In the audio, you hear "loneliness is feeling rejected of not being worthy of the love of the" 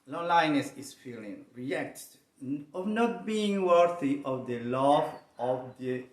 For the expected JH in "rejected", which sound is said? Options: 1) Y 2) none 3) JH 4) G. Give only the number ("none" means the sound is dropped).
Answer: 2